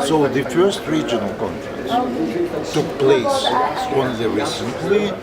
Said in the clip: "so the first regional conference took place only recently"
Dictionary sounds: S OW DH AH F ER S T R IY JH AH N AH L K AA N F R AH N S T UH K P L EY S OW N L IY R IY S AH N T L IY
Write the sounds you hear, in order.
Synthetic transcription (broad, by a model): S OW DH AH F ER S T R IY JH AH N AH L K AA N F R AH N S T UH K P L EY S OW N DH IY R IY S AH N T L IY